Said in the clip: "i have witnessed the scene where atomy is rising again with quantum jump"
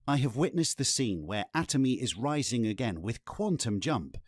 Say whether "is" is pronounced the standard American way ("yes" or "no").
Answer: yes